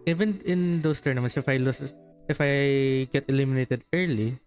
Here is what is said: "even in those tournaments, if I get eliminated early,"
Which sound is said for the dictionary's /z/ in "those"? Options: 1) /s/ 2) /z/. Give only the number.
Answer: 1